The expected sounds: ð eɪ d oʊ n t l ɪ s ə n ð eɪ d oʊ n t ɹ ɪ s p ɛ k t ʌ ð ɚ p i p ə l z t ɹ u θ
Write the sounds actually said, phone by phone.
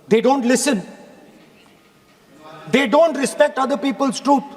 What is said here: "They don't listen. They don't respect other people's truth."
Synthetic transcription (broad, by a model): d eɪ d oʊ n t l ɪ s ə n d eɪ d oʊ n t ɹ ɪ s p ɛ k t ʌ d ɚ p i p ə l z t ɹ u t